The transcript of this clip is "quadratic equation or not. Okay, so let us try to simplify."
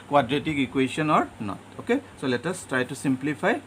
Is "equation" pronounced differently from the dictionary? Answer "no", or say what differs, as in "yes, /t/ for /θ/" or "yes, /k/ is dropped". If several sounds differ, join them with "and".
yes, /s/ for /ʒ/